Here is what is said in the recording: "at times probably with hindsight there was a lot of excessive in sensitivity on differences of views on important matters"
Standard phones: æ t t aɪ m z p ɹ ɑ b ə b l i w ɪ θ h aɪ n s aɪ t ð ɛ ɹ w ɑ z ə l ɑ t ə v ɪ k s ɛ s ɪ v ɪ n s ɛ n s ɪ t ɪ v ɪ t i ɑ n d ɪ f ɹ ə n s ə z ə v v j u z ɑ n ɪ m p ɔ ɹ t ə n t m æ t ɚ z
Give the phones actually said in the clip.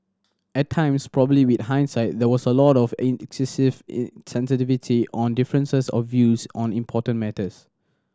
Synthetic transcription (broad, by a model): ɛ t t aɪ m s p ɹ ɑ b ə b l i w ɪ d h aɪ n s aɪ t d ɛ w ɑ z ə l ɑ t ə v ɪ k s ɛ s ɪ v s ɛ n s ɪ t ɪ v ɪ t i ɑ n d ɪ f ɹ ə n s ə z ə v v j u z ɑ n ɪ m p ɔ t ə n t m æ t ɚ s